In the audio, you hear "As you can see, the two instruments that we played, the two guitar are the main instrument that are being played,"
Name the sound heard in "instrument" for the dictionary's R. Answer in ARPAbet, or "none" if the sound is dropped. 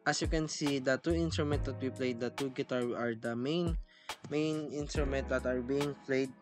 R